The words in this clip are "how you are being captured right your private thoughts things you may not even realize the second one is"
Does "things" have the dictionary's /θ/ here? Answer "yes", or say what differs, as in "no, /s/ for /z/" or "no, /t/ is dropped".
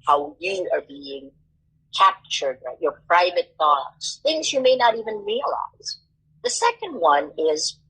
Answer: yes